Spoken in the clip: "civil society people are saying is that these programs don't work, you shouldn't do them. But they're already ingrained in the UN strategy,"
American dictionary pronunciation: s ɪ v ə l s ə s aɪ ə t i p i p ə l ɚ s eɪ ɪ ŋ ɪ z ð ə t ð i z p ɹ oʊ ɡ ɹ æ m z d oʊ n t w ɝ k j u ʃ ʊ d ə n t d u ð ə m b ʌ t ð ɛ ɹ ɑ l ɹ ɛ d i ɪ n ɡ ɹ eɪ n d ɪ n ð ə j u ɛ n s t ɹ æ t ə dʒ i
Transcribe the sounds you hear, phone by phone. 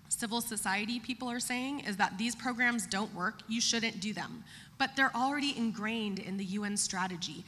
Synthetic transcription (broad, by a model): s ɪ v l s ə s aɪ ə t i p i p l ɚ s eɪ ɪ ŋ ɪ z ð ə t ð i z p ɹ oʊ ɡ ɹ æ m z d oʊ n t w ɝ k j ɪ ʃ ʊ d n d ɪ ð ə m b ʌ t ð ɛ ɹ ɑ l ɹ ɛ d i ɪ n ɡ ɹ eɪ n d ɪ n ð ə j u ɛ n s t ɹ æ t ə dʒ i